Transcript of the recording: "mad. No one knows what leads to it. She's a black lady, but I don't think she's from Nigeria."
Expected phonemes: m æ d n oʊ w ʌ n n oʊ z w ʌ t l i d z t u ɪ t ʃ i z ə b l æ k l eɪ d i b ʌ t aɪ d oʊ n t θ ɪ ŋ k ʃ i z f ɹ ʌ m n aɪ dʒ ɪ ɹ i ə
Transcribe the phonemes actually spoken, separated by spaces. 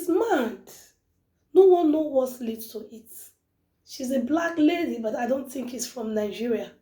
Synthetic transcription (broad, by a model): m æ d n oʊ w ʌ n n oʊ w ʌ t l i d t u ɪ t ʃ i z ə b l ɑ k l eɪ d i b ʌ t aɪ d oʊ n t θ ɪ ŋ k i s f ɹ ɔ m n aɪ dʒ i ɹ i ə